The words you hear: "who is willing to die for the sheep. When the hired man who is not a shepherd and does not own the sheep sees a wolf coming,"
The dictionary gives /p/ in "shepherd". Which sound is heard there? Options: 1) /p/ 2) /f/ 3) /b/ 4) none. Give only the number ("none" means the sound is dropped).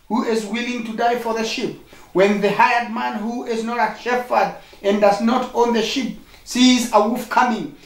2